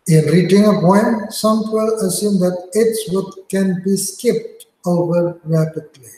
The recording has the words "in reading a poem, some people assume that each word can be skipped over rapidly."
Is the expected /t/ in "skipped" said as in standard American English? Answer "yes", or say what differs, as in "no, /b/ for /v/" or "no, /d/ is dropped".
yes